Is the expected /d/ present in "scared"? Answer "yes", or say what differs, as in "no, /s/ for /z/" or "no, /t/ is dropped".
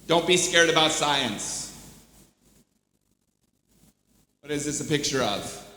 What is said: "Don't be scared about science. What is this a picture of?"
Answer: yes